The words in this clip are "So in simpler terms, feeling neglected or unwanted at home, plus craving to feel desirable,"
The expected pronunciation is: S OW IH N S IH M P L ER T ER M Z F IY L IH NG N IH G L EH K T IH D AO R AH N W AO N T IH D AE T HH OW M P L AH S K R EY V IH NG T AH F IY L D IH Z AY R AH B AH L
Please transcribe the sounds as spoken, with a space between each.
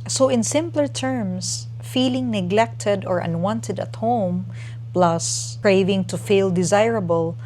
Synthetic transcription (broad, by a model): S OW IH N S IH M P L ER T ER M S F IY L IH NG N IH G L EH K T IH D AO R AH N W AO N T IH D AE T HH OW M P L AH S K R EY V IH NG T AH F IY L D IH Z AY R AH B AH L